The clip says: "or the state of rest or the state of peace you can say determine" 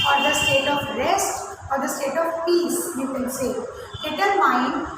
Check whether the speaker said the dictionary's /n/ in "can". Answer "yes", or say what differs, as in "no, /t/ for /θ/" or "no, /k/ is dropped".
no, /l/ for /n/